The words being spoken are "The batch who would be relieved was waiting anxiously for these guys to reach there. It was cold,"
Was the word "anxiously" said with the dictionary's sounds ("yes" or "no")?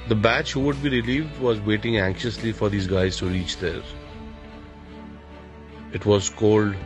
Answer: yes